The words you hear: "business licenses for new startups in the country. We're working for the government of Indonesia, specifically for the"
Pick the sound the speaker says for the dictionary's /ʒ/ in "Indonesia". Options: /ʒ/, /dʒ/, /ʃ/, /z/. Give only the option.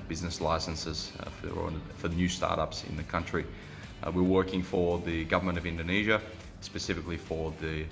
/ʒ/